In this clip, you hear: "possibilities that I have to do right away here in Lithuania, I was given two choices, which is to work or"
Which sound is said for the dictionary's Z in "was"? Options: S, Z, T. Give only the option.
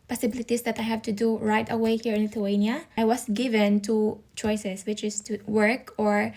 S